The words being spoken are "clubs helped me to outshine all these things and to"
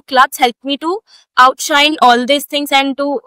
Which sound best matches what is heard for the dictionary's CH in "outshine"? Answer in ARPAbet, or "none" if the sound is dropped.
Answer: CH